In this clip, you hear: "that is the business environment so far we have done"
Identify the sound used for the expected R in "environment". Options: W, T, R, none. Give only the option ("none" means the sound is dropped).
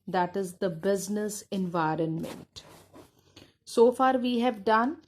R